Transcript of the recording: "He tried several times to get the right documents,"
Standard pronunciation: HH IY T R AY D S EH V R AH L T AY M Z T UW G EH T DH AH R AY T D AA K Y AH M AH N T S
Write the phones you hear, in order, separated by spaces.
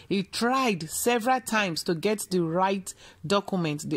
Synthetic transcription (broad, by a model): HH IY T R AY D S EH V R AH L T AY M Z T UW G EH T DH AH R AY T D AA K Y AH M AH N T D